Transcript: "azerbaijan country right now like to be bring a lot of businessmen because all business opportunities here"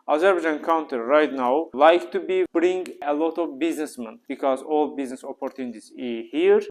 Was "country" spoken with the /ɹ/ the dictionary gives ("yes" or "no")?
no